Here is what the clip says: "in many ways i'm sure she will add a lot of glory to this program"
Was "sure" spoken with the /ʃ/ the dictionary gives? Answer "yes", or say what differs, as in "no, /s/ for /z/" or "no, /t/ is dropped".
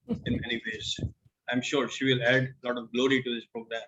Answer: yes